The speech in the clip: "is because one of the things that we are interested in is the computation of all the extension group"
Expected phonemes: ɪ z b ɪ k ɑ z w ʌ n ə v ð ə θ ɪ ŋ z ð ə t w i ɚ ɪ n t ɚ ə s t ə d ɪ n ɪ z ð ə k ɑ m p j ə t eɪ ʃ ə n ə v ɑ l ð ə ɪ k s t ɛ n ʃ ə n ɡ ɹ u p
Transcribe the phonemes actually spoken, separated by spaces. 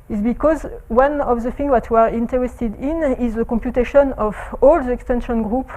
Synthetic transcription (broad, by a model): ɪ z b ɪ k ɑ z w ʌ n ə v ð ə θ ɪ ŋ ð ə t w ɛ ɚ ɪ n t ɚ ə s t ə d ɪ n ɪ z ð ə k ɑ m p j ə t eɪ ʃ ə n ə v ɑ l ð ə ɪ k s t ɛ n ʃ ə n ɡ ɹ u p